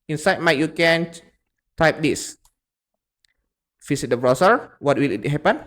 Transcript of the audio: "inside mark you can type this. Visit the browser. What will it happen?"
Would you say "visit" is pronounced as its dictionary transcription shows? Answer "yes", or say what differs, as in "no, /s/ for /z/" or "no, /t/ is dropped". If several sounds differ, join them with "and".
no, /f/ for /v/ and /s/ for /z/